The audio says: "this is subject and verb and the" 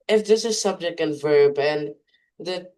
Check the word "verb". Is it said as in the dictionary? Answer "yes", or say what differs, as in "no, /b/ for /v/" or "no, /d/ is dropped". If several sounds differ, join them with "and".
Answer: yes